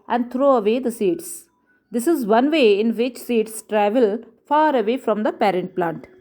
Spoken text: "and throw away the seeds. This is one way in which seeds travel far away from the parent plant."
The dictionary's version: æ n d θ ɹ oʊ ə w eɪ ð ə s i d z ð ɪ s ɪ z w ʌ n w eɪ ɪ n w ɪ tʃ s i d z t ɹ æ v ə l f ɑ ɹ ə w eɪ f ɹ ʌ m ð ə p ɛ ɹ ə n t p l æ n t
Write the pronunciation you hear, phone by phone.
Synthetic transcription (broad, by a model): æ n d t ɹ oʊ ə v eɪ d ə s i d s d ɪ s ɪ z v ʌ n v eɪ ɪ n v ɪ tʃ s i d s t ɹ æ v ə l f ɑ ɹ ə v eɪ f ɹ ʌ m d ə p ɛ ɹ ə n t p l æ n t